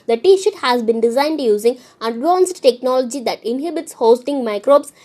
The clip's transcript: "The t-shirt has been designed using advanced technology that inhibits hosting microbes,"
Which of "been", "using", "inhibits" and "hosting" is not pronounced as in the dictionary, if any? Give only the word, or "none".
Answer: none